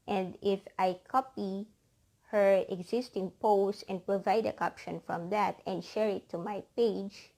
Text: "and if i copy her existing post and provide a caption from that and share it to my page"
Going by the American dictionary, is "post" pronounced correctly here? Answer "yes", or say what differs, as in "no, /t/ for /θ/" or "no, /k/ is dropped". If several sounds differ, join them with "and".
no, /t/ is dropped